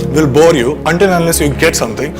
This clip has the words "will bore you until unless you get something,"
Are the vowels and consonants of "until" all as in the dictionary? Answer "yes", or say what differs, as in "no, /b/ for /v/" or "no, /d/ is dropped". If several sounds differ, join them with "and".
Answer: no, /n/ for /l/